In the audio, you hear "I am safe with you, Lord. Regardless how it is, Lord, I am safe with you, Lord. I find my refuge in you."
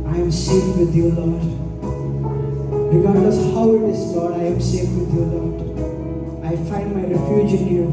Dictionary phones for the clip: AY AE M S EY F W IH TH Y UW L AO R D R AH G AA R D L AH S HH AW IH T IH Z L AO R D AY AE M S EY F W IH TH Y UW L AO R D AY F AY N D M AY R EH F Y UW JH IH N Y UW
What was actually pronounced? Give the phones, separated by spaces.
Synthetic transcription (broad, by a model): AY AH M S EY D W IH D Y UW L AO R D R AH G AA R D AH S HH AW IH T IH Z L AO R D AY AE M S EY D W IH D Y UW L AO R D AY F AY N D M AY R EH F Y UW JH IH N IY